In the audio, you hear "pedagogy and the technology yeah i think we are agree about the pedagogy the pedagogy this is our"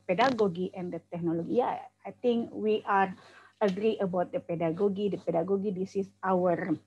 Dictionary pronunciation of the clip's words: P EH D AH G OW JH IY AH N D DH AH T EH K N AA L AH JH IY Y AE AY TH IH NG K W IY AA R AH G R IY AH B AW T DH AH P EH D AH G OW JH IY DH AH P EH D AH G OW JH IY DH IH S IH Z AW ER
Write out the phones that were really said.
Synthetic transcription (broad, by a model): P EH D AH G OW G IY AH N D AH T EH K N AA L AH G IY Y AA AY T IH NG K W IY AA R AH G R IY AH B AW T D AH P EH D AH G OW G IY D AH P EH D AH G OW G IY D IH S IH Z AW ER